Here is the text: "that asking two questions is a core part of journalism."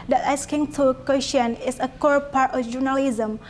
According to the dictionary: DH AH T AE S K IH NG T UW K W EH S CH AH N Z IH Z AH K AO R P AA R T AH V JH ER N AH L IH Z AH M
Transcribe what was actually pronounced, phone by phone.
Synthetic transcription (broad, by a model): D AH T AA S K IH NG T UW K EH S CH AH N IH S AH K AO R P AA R T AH F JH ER N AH L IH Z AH M